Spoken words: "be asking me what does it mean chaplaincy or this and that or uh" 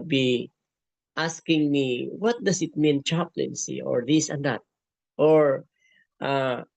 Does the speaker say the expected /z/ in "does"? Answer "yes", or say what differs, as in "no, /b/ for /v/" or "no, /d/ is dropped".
no, /s/ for /z/